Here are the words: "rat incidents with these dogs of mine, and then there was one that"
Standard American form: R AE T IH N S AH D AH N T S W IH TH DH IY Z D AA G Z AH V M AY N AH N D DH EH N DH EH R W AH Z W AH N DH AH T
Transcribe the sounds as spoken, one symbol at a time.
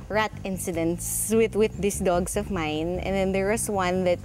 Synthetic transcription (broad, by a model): R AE T IH N S AH D AH N T S W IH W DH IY S D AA G S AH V M AY N AH N D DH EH N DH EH R W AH S W AH N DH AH T